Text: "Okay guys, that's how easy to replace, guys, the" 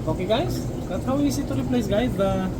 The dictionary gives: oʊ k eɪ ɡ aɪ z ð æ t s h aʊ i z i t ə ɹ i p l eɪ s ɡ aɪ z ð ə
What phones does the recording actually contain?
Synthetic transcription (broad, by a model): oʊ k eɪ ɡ aɪ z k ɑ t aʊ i s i t ə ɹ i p l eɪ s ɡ aɪ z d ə